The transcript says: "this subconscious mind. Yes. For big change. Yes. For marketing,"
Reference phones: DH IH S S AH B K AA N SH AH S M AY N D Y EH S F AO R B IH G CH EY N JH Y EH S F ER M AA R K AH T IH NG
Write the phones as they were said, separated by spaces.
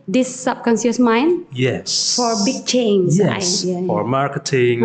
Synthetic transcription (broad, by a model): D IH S S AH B K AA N S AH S M AY N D Y EH S F AO R B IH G CH EY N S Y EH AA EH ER M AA R K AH T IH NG